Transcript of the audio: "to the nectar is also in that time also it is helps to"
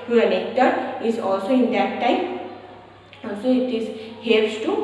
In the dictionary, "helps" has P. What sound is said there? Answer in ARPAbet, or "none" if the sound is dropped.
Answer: none